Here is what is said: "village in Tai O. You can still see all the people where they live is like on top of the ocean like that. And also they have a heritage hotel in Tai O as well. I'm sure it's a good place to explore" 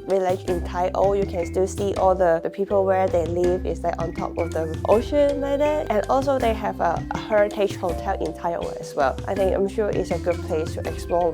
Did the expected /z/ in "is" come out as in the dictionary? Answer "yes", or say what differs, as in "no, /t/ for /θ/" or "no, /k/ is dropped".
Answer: no, /s/ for /z/